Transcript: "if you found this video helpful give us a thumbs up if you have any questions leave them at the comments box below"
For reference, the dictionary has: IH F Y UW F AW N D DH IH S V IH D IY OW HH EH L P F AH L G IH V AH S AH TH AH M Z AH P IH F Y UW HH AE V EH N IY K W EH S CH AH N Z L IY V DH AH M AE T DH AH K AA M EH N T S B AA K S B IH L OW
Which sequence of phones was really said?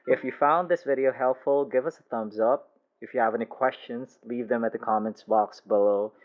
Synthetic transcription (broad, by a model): IH F Y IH F AW N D DH IH S V IH D IY OW HH EH L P F L G IH V AH S AH TH AH M Z AH P IH F Y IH V EH N IY K W EH S CH AH N Z L IY V DH AH M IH T DH AH K AA M EH N T S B AA K S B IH L OW